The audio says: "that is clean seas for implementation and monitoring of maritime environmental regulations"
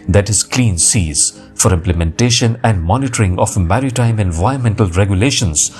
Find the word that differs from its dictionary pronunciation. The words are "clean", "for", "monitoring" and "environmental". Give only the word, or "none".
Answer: environmental